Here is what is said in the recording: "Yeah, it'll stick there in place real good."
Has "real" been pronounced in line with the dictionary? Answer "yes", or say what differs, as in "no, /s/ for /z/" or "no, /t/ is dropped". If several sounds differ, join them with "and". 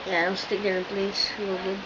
no, /w/ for /ɹ/